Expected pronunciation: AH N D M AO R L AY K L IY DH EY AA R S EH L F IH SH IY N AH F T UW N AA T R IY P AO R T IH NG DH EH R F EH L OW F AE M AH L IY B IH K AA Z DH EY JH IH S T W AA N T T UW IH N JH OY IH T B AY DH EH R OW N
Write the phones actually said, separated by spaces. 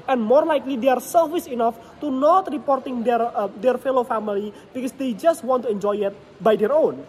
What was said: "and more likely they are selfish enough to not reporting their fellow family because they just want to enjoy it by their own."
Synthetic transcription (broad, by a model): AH N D M AO R L AY K L IY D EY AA R S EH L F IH S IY N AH F T UW N AA T R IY P AO R T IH NG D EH R F EH L OW F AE M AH L IY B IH K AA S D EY JH IH S T W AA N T T UW IH N JH OY IH T B AY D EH R OW N